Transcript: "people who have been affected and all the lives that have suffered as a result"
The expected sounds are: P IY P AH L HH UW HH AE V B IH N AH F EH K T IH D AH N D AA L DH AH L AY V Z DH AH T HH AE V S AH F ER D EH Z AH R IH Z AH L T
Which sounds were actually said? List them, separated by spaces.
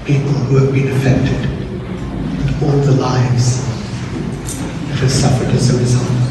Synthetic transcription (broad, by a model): P IY P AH L HH UW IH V B IH N AH F EH K T IH D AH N AA L DH AH L AY V Z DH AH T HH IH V S AH F ER D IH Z AH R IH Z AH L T